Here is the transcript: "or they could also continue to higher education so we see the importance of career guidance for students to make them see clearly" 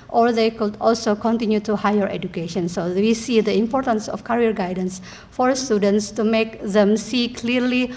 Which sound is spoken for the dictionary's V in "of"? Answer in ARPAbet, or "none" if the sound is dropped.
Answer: F